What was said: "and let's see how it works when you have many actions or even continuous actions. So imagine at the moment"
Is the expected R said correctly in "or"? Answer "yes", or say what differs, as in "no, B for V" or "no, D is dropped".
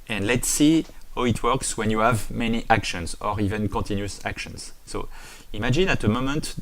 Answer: yes